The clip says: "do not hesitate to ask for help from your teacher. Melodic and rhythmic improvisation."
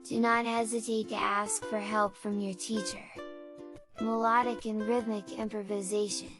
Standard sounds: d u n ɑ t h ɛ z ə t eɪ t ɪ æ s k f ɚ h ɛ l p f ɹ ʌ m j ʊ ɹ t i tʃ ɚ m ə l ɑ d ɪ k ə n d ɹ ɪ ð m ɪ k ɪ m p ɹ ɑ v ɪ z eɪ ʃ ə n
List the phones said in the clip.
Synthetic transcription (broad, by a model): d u n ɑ t h ɛ z ə t eɪ t ɪ æ s k f ɚ h ɛ l p f ɹ ʌ m j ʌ ɹ t i tʃ ɚ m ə l ɑ d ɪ k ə n ɹ ɪ ð m ɪ k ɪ m p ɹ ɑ v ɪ z eɪ ʃ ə n